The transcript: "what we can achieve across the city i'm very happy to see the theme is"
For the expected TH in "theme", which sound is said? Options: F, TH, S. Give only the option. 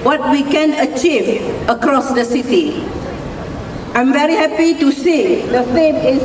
F